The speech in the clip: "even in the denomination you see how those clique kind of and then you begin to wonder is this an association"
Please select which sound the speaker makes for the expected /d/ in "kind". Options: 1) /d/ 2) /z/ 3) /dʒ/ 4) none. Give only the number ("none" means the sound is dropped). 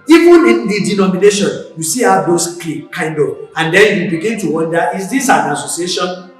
1